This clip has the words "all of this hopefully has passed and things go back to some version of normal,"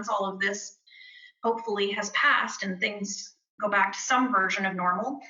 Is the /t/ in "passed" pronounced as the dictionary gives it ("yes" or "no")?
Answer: yes